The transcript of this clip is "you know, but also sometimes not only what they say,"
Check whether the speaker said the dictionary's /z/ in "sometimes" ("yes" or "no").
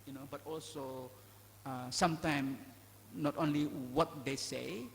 no